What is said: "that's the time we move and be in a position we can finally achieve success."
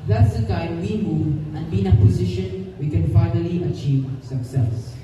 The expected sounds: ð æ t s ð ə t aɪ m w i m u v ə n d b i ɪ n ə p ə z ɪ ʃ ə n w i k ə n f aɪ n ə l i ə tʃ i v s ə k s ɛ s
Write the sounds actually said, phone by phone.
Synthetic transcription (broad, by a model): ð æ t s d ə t aɪ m w i m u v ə n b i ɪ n ə p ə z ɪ ʃ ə n w i k ə n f aɪ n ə l i ə tʃ i v s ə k s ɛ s